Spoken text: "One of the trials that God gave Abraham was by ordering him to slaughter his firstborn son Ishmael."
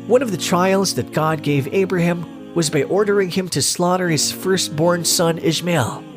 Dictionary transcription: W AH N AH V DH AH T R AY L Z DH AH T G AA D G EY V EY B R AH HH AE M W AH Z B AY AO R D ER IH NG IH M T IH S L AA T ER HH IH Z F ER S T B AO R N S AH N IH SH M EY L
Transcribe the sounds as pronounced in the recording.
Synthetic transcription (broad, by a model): W AH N AH V DH AH T R AY L Z DH AH T G AA D G EY V EY B R AH HH AE M W AH Z B AY AO R D ER IH NG IH M T IH S L AA T ER HH IH Z F ER S T B AO R N S AH N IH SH M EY L